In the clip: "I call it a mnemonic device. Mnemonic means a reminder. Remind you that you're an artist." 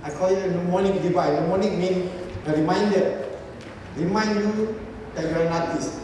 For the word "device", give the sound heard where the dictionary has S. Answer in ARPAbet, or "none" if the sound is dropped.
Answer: none